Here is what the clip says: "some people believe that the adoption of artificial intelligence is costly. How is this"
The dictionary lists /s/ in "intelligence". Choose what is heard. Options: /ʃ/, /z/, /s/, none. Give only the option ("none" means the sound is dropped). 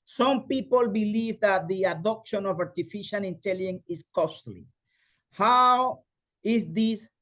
none